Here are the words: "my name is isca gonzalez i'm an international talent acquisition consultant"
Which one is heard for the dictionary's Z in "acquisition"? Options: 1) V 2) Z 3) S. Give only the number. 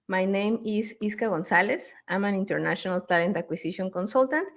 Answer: 3